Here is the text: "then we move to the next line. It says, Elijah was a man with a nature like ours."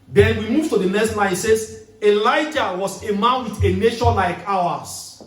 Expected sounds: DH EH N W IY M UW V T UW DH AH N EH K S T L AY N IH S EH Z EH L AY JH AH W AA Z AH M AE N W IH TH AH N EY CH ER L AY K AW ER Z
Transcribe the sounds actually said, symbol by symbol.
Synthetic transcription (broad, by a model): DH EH N W IY M UW V T UW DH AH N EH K S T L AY IH S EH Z EH L AY JH AH W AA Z AH M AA N W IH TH AH N EY SH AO L AY K AW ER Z